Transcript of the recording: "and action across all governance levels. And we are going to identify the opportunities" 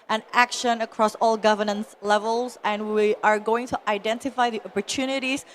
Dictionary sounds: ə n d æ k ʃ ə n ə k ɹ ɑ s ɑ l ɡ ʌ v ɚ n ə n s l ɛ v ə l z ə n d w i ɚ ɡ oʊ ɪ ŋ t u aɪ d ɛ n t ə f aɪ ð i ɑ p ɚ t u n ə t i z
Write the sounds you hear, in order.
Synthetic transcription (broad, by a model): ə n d æ k ʃ ə n ə k ɹ ɑ s ɑ l ɡ ʌ v ɚ n ə n s l ɛ v ə l z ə n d w i ɚ ɡ oʊ ɪ ŋ t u aɪ d ɛ n t ə f aɪ ð i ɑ p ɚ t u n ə t i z